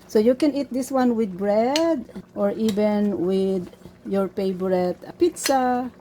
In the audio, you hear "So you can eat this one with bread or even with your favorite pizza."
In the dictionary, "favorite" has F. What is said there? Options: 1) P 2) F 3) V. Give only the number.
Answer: 1